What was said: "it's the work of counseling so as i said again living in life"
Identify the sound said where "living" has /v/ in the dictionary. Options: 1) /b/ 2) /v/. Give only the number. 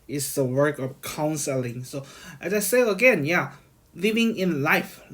2